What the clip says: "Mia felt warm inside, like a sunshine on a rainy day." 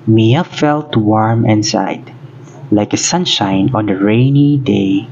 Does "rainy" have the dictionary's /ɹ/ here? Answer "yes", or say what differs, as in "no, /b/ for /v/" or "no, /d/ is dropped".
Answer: yes